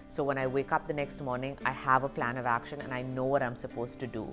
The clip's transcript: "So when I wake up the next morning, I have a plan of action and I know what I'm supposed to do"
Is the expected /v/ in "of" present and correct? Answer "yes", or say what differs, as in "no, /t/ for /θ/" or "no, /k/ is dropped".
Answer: yes